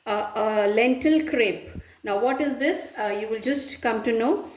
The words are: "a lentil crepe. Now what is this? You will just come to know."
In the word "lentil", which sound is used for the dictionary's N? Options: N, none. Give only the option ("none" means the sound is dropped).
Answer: N